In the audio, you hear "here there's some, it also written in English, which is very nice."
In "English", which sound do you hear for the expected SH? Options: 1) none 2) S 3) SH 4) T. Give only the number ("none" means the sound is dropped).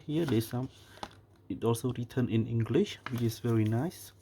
3